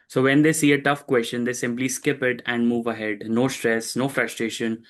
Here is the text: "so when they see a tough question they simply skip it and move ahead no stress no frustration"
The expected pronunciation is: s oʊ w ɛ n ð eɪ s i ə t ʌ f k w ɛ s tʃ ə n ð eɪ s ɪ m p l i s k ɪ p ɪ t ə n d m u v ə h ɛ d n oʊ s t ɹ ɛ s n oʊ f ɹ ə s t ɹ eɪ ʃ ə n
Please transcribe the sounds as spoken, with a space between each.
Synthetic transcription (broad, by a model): s oʊ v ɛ n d eɪ s i ə t ʌ f k w ɛ s tʃ ə n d eɪ s ɪ m p l i s k ɪ p ɪ t ə n d m u v ə h ɛ d n oʊ s t ɹ ɛ s n oʊ f ɹ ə s t ɹ eɪ ʃ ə n